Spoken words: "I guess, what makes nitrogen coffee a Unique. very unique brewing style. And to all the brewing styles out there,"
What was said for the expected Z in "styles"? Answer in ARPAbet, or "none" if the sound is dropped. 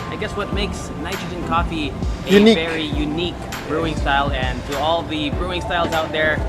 Z